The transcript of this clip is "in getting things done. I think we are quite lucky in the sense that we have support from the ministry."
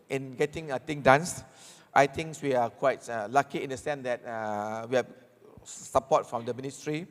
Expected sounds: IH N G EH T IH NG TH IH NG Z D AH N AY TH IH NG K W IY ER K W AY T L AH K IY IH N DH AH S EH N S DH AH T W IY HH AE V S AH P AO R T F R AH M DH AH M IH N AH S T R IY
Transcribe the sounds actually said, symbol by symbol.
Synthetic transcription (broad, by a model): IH N G EH T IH NG T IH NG D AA N AY T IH NG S W IY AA K W AY T L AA K IY IH N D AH S EH N S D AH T W IY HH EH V S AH P AO T F R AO M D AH M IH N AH S T R IY